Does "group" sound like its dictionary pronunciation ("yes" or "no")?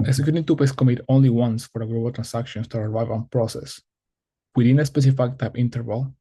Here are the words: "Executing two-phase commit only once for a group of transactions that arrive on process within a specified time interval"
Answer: no